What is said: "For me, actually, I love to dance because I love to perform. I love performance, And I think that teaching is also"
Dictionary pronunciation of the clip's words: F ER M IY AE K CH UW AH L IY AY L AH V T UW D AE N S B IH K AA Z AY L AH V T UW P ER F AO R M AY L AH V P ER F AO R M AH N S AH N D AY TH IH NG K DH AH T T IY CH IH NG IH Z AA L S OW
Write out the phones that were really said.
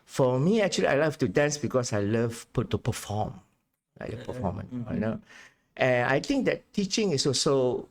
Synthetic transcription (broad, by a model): F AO M IY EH K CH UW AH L IY AY L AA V T UW D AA N S B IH K AA S AY L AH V T UW P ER F AO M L AY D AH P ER F AO M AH N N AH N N AY T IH NG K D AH T T IY CH IH NG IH S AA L S OW